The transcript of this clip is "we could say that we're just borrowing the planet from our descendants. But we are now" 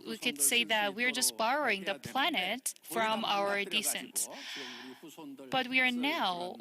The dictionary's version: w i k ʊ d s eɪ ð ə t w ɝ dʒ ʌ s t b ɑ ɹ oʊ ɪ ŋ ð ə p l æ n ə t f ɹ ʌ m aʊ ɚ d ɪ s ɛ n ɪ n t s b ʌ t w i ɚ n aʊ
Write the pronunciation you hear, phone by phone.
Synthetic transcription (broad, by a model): w i k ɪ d s eɪ ð ə t w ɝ dʒ ʌ s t b ɑ ɹ oʊ ɪ ŋ ð ə p l æ n ə t f ɹ ʌ m aʊ ɚ d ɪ s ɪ n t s b ʌ t w i ɚ n aʊ